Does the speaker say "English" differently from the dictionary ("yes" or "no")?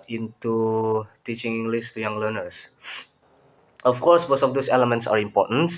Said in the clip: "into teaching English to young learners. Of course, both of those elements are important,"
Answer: yes